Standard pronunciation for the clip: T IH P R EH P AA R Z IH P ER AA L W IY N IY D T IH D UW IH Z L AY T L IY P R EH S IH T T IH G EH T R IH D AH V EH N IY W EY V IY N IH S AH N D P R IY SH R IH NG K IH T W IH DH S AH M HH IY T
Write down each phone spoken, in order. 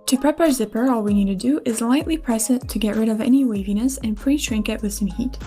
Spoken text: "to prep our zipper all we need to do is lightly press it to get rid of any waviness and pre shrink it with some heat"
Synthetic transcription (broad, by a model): T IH P R EH P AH R Z IH P ER AA L W IY N IY D T IH D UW IH Z L AY T L IY P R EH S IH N T IH G EH T R IH D AH V EH N IY W EY V IY N IH S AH N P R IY SH R IH NG K IH T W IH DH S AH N HH IY T